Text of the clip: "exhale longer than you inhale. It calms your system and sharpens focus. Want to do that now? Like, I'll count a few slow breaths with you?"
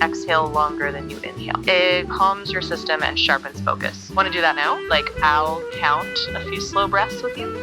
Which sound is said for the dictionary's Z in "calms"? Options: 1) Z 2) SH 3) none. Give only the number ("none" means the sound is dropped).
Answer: 1